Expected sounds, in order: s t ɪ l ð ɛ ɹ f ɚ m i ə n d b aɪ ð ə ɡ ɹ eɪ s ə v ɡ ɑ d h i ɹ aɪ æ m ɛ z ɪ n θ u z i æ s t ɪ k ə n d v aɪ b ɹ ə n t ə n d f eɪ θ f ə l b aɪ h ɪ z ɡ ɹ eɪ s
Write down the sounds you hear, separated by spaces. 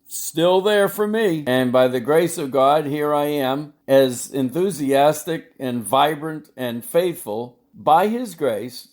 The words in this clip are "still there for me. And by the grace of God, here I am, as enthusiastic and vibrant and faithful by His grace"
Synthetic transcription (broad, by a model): s t ɪ l ð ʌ ɹ f ɚ m i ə n b aɪ ð ə ɡ ɹ eɪ s ə v ɡ ɑ d h i ɹ aɪ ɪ m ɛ z ɪ n θ u z i æ s t ɪ k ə n v aɪ b ɹ ə n t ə n f eɪ θ f ə l b aɪ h ɪ z ɡ ɹ eɪ s